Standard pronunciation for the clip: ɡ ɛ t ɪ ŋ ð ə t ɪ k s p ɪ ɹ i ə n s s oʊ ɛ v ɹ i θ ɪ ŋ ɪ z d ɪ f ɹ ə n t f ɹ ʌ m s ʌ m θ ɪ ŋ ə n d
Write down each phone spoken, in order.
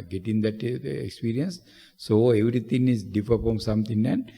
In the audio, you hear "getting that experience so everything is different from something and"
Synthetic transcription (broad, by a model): ɡ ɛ t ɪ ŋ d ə t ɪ k s p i ɹ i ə n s s oʊ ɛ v ɹ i t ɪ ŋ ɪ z d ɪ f ə t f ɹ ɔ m s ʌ m t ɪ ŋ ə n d